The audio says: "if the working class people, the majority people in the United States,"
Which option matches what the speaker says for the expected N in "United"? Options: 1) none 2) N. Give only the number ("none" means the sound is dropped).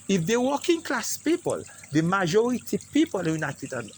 2